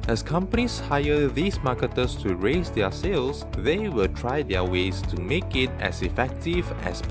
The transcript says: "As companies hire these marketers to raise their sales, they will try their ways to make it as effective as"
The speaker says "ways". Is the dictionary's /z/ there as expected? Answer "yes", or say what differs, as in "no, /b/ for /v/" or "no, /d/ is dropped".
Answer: no, /s/ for /z/